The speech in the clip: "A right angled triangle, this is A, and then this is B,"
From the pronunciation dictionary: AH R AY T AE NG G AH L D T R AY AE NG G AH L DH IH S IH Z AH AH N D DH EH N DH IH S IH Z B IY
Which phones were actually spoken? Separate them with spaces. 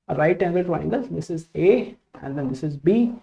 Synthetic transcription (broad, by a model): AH R AY T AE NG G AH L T AY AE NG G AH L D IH S IH Z AH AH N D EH N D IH S IH Z B IY